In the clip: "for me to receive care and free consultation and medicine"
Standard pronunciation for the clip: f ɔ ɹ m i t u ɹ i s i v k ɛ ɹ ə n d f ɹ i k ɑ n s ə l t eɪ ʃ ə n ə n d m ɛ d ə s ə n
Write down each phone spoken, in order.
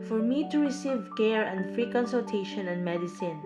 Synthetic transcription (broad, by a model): f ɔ ɹ m i t u ɹ i s i v k ɛ ɹ ə n d f ɹ i k ɑ n s ə l t eɪ ʃ ə n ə n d m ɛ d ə s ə n